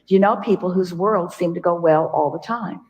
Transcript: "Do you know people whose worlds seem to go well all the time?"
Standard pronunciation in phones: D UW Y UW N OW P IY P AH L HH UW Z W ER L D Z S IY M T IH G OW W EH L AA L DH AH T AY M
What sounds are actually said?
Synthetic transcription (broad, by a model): Y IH N OW P IY P L HH UW Z W ER L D S IY M T IH G OW W EH L AA L DH AH T AY M